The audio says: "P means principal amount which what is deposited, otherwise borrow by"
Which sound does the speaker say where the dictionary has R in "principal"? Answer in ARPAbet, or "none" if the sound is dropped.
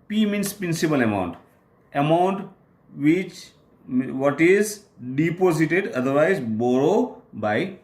R